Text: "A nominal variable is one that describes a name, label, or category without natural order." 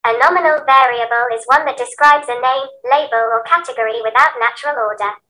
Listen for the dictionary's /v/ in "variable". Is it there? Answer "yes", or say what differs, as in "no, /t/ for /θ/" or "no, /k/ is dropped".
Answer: yes